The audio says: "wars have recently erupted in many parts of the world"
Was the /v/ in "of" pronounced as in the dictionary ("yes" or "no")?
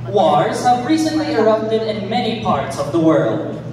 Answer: yes